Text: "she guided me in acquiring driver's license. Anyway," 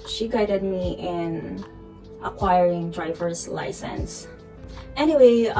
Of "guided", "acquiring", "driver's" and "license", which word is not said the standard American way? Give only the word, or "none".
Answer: none